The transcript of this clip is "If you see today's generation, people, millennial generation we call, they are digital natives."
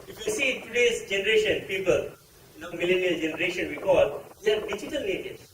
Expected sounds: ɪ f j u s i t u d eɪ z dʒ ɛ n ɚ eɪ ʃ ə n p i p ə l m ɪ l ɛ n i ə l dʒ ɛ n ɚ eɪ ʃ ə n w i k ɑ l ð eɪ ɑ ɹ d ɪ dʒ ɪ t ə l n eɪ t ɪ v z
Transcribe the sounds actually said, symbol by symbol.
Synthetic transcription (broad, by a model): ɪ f j u s i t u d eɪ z dʒ ɛ n ɚ eɪ ʃ ə n p i p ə l m ɪ l ɛ n i ə l dʒ ɛ n ɚ eɪ ʃ ə n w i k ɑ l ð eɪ ɑ ɹ d ɪ dʒ ɪ t ə l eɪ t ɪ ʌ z